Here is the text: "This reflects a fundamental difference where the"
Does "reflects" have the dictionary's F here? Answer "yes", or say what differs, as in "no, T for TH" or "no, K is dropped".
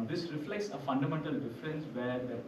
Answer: yes